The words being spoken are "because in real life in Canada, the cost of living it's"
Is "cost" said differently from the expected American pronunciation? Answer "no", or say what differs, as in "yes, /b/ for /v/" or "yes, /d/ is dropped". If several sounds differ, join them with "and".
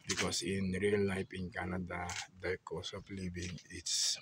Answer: yes, /t/ is dropped